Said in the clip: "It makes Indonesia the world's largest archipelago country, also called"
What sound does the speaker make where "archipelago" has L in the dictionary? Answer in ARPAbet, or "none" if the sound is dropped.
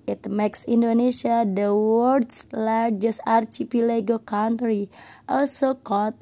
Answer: L